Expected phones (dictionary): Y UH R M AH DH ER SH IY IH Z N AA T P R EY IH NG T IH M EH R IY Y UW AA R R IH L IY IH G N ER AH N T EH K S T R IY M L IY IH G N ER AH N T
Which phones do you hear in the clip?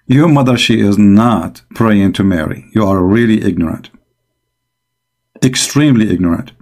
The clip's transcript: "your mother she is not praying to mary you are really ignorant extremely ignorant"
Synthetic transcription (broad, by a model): Y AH R M AH DH ER SH IY IH Z N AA T P R EY IH NG T IH M EH R IY Y UW AA R R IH L IY IH G N ER AH N T EH K S T R IY M L IY IH G N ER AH N T